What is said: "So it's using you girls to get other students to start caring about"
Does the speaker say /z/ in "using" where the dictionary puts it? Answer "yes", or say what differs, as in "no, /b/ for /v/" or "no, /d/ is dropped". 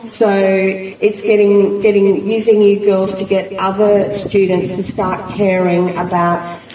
yes